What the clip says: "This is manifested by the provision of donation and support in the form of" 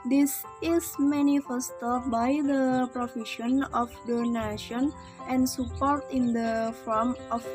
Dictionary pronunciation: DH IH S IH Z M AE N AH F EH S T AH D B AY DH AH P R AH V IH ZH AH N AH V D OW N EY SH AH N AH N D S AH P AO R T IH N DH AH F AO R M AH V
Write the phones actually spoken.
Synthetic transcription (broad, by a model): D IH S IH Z M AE N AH F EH S T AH B AY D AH P R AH F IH SH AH N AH F D OW N EY SH AH N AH N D S AH P AO R T IH N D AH F AO R M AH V